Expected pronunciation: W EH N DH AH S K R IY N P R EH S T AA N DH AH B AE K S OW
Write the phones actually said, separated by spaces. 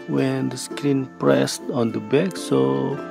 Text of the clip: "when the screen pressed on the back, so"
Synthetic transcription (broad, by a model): W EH N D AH S K L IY N P R EH S T AA N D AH B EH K S OW